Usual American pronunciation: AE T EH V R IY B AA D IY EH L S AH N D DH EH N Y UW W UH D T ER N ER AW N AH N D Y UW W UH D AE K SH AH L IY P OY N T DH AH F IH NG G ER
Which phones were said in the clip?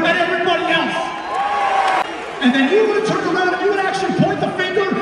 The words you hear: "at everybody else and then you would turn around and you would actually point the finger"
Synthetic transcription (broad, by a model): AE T EH V R IY B AA D IY EH L S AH N DH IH N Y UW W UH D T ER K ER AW AH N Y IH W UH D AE K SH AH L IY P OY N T DH AH F IH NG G ER